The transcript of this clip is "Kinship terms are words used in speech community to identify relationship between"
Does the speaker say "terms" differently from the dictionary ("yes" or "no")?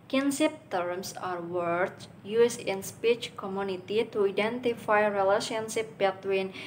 yes